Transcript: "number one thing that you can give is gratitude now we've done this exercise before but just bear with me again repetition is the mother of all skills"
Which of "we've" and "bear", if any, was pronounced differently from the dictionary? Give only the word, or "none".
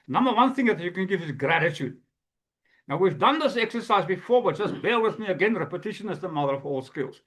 bear